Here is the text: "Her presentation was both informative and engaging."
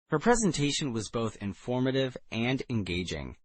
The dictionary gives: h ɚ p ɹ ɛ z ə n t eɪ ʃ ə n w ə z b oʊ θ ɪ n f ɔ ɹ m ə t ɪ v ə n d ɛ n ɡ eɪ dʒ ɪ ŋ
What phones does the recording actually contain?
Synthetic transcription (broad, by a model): h ɚ p ɹ ɛ z ə n t eɪ ʃ ə n w ə z b oʊ θ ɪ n f ɔ ɹ m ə t ɪ v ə n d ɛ n ɡ eɪ dʒ ɪ ŋ